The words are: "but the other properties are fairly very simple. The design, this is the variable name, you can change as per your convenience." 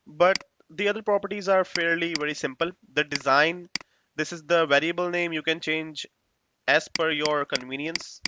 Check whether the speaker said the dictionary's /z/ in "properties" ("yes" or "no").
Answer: yes